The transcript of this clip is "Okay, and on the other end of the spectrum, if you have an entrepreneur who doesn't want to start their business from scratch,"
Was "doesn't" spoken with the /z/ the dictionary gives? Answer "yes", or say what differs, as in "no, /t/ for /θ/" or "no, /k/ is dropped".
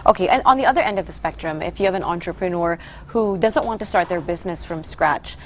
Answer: yes